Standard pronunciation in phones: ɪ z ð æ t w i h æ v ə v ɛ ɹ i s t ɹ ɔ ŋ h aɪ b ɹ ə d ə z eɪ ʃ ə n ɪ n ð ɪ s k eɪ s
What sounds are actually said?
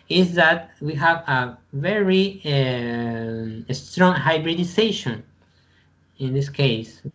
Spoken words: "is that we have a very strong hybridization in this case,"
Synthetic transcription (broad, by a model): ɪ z ð æ t w i h æ v ə v ɛ ɹ i s t ɹ ɔ ŋ h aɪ b ɹ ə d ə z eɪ ʃ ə n ɪ n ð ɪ s k eɪ s